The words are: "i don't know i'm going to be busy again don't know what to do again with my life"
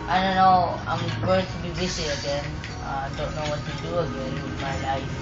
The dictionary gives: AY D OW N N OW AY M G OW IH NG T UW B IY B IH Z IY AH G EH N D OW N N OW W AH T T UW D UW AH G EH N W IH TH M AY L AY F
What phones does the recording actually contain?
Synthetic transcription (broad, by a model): AY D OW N N OW AY M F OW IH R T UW B IY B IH S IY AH G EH N D OW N N OW W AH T T UW D UW AH G EH N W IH M AY L AY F